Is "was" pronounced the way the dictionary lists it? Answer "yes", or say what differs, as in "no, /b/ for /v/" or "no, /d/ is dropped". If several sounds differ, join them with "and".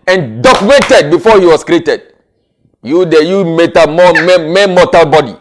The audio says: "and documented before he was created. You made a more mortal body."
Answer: no, /s/ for /z/